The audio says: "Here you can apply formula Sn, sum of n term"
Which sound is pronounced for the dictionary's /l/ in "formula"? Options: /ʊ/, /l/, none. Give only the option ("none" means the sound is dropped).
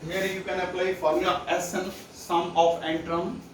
none